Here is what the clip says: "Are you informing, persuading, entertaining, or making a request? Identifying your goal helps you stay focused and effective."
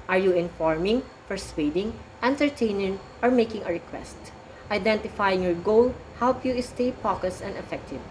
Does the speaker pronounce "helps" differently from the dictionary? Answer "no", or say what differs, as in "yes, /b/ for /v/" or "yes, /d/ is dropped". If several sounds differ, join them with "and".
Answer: yes, /s/ is dropped